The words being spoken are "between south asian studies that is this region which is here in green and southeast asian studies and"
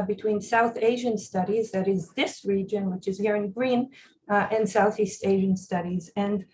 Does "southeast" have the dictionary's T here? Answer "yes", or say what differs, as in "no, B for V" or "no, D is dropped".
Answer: yes